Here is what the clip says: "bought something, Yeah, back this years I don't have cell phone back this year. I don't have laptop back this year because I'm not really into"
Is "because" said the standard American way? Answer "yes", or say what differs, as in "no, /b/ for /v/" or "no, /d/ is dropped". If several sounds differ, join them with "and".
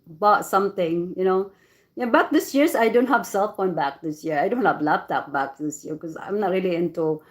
no, /z/ is dropped